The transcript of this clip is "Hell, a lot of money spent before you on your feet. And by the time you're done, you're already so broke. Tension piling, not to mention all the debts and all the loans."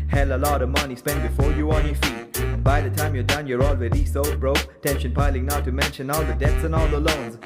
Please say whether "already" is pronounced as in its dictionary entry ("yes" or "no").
no